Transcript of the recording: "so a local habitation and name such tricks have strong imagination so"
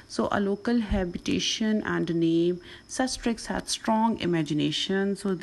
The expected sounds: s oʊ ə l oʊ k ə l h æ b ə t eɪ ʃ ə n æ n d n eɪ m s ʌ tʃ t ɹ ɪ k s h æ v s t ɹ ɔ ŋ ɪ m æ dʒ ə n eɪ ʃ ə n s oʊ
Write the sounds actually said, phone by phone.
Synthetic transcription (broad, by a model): s oʊ ə l oʊ k ə l h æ b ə t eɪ ʃ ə n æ n d n eɪ m s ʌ s t ɹ ɪ k s h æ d s t ɹ ɔ ŋ ɪ m æ dʒ ə n eɪ ʃ ə n s oʊ